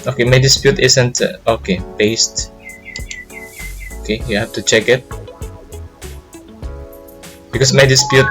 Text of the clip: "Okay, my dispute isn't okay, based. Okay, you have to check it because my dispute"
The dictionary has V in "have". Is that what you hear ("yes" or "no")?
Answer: no